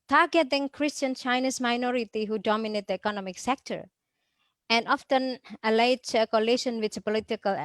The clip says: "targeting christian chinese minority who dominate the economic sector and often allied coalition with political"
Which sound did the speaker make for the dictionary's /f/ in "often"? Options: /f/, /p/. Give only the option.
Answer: /f/